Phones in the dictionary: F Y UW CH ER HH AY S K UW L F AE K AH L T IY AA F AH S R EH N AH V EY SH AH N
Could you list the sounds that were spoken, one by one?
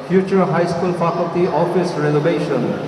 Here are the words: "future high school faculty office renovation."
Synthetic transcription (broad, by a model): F Y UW CH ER HH AY S K UW L P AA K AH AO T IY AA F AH S R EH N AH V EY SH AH N